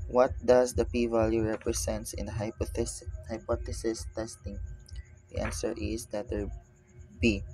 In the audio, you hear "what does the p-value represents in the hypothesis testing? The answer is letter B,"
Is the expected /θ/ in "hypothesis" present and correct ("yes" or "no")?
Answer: no